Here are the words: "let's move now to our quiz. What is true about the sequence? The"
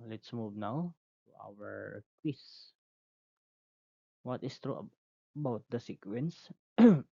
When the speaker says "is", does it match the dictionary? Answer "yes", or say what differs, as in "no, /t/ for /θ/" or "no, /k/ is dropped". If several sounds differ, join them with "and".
no, /s/ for /z/